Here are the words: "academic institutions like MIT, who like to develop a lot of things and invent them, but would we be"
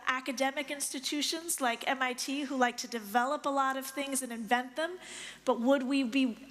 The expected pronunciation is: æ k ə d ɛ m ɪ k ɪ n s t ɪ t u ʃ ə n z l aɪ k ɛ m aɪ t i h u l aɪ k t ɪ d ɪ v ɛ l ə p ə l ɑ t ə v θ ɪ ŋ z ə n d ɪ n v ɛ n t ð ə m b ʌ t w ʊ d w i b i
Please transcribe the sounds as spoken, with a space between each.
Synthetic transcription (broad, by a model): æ k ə d ɛ m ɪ k ɪ n s t ɪ t u ʃ ə n z l aɪ k ɛ m aɪ t i h u l aɪ k t ɪ d ɪ v ɛ l ə p ə l ɑ t ə v θ ɪ ŋ z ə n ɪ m v ɛ n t ð ə m b ʌ t w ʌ d w i b i